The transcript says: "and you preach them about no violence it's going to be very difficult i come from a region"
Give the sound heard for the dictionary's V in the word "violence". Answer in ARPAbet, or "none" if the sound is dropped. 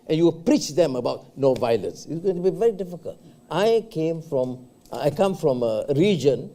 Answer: V